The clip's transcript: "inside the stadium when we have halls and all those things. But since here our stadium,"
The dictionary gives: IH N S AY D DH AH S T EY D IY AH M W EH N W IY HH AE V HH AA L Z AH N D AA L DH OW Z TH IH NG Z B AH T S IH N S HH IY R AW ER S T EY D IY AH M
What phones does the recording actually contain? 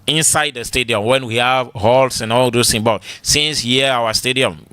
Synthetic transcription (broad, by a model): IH N S AY D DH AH S T EY D IY AH M W EH N W IY HH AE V HH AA L S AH N AA L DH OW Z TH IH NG B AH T S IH N S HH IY AW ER S T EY D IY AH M